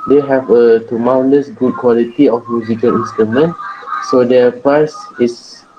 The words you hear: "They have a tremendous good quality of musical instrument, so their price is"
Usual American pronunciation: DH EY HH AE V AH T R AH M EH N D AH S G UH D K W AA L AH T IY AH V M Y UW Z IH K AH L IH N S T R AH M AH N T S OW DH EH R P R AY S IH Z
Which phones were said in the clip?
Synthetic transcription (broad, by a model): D EY HH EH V AH T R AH M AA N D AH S G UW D K W AA L AH T IY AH F M Y UW Z IH K AH L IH N S T R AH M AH N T S OW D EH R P AY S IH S